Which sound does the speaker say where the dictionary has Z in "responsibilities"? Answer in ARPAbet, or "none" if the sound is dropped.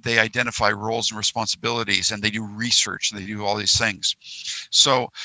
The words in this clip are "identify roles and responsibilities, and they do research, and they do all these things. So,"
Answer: Z